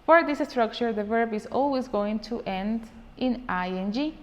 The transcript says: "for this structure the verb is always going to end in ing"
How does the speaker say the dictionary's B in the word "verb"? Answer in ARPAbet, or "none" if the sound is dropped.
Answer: B